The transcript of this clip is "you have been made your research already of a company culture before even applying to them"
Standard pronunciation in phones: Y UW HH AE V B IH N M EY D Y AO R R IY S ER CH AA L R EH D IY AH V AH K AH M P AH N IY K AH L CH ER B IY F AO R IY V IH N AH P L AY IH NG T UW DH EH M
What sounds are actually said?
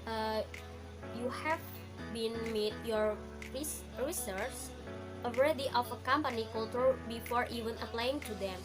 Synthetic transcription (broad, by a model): Y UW HH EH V B IH N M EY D Y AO R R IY S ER S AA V R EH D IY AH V AH K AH M P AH N IY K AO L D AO B IY F AO R IY V IH N AH P L AY IH NG T UW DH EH M